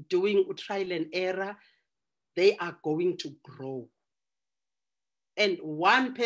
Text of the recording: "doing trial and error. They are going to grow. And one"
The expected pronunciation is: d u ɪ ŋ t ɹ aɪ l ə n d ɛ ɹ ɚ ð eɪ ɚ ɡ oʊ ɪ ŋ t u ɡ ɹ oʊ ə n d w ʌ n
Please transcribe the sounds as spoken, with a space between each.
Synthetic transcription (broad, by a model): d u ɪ ŋ t ɹ aɪ l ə n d ɛ ɹ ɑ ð eɪ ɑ ɡ oʊ ɪ ŋ t u ɡ ɹ oʊ ə n d w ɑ n